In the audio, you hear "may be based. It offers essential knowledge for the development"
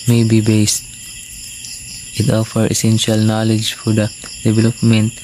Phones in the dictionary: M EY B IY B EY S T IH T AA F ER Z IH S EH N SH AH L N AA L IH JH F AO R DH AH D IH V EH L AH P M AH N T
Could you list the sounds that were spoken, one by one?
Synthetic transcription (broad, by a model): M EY B IY B EY S T IH T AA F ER IH S EH N SH AH L N AA L IH JH F AO R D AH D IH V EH L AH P M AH N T